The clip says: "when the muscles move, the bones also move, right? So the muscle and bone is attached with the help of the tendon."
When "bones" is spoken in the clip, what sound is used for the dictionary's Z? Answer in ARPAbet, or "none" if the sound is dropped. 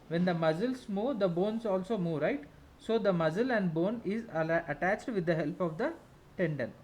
S